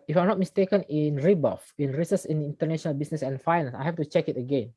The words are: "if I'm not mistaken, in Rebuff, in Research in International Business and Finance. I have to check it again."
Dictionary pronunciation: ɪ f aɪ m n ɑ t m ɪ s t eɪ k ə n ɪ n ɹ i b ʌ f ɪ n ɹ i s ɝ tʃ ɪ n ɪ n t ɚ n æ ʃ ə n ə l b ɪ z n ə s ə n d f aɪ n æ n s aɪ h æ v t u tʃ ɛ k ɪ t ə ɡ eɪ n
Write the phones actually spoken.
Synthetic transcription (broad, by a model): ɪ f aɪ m n ɑ t m ɪ s t eɪ k ə n ɪ n ɹ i b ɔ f ɪ n ɹ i s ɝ s ɪ n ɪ n t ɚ n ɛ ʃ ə n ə l b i s n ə s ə n f aɪ n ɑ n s aɪ h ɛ f t u tʃ ɛ k ɪ t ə ɡ eɪ n